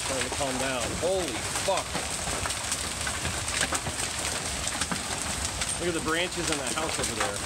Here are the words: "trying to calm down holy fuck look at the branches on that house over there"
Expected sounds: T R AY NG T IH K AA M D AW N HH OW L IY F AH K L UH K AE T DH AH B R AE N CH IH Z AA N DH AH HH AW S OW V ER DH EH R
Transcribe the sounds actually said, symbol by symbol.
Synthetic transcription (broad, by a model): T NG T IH K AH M D AW N HH OW L IY F AH K W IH AH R DH AH B R AE N CH IH Z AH N DH AH HH AW S OW V ER DH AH R